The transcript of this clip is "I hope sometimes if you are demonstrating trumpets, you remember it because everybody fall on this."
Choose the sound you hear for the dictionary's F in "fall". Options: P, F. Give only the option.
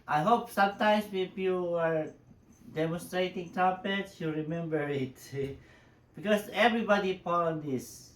P